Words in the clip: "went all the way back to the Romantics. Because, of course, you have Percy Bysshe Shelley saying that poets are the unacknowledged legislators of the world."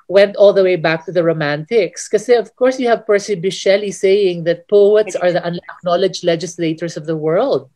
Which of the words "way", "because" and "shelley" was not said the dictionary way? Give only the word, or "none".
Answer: because